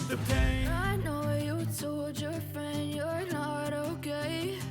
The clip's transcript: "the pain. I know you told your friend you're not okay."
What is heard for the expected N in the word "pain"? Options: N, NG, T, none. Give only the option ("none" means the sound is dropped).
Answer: none